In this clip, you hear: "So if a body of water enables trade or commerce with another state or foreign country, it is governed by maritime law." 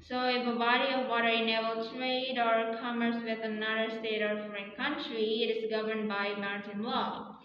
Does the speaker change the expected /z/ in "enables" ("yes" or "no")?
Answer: yes